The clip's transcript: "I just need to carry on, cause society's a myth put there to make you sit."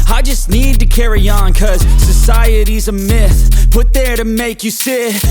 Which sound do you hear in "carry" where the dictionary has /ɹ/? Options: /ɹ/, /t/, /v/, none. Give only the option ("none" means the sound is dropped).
/ɹ/